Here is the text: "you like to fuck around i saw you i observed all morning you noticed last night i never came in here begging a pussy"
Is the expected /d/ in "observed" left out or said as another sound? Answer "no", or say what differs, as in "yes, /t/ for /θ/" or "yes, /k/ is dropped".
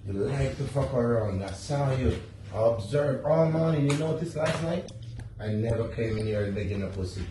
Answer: yes, /d/ is dropped